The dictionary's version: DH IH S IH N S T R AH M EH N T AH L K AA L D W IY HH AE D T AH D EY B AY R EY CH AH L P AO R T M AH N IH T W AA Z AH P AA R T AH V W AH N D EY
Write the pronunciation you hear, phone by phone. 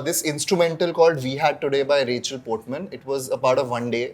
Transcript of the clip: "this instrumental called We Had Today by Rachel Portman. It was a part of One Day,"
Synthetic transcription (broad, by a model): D IH S IH N S T R AH M EH N T AH L K AA L D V IY HH AE D T AH D EY B AY R EY CH AH L P AO R T M AH N IH T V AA Z AH P AA R T AH V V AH N D EY